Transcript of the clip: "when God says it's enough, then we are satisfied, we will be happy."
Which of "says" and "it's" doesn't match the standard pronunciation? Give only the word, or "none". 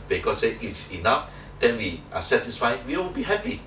says